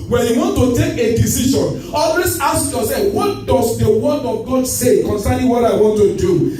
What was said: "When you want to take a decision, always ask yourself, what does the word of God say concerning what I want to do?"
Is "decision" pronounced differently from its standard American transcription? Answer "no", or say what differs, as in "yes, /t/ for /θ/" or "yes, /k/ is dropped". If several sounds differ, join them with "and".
yes, /ʃ/ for /ʒ/